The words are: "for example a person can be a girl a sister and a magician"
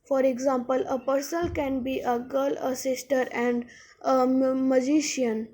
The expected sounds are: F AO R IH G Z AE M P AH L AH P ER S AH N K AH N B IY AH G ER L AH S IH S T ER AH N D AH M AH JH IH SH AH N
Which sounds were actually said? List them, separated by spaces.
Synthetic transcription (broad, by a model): F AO R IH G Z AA M P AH L AH P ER S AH L K AH N B IY AH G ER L AH S IH S T ER AH N D AH M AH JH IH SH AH N